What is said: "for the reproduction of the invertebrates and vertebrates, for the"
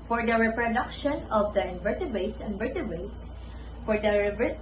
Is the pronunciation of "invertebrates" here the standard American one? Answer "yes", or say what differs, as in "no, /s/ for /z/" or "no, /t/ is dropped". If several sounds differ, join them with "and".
no, /ɹ/ is dropped